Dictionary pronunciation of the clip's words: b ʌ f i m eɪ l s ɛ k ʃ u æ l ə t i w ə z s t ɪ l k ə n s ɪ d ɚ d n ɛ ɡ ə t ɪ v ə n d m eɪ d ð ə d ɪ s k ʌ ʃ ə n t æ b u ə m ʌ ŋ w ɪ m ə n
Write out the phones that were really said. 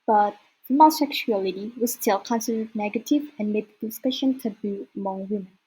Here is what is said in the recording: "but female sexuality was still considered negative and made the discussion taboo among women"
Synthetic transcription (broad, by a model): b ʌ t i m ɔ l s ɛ k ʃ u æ l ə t i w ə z s t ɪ l k ə n s ɪ d ɚ d n ɛ ɡ ə t ɪ v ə n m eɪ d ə d ɪ s k ʌ ʃ ə n t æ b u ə m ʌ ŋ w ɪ m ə n